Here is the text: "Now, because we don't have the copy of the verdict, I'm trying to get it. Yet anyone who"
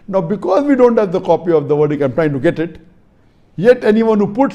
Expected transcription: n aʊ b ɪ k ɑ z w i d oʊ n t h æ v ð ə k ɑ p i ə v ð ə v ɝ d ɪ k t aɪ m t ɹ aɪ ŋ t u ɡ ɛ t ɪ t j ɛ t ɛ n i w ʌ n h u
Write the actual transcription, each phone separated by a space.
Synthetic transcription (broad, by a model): n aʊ b ɪ k ɑ z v i d oʊ n t h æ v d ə k ɑ p i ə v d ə v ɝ d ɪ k aɪ m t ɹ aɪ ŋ t u ɡ ɛ t ɪ t j ɛ t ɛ n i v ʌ n h u